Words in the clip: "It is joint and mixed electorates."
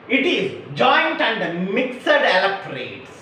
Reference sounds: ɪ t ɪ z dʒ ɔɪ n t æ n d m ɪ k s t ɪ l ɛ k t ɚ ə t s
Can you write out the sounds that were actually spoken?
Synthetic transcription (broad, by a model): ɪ t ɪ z dʒ ɔɪ n t æ n d m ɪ k s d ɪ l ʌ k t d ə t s